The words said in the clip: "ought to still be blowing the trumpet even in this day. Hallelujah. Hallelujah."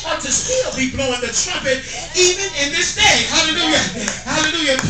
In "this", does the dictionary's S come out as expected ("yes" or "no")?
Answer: yes